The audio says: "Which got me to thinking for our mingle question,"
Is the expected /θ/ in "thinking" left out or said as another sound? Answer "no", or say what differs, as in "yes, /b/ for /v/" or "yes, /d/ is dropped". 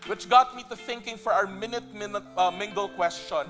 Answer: no